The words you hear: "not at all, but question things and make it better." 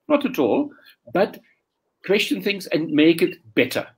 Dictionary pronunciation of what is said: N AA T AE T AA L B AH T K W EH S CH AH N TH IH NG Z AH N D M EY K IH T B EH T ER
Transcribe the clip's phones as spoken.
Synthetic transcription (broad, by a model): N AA T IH T AA L B AH T K W EH S CH AH N TH IH NG Z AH N M EY K IH T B EH T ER